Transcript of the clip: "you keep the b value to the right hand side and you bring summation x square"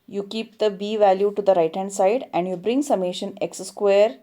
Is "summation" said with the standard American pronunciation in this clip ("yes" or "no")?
yes